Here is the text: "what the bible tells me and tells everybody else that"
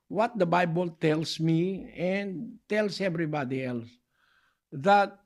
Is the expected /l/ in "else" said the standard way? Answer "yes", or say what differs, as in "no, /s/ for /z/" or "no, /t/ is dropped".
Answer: yes